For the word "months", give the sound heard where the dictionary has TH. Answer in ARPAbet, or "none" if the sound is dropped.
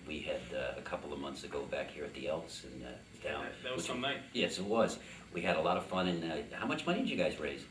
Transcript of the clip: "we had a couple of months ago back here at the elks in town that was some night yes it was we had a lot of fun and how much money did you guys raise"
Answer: TH